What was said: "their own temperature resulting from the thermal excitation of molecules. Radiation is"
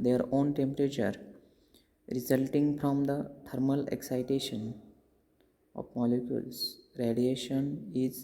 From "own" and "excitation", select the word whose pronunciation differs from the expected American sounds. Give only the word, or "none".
none